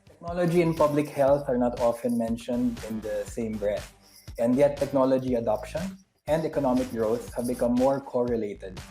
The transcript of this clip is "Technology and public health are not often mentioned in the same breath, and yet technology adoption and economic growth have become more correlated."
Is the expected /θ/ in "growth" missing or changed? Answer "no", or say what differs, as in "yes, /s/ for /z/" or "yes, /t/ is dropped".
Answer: yes, /s/ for /θ/